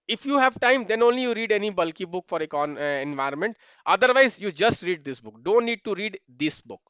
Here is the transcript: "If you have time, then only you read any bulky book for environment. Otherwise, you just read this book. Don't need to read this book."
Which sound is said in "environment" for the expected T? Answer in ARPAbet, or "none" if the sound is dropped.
T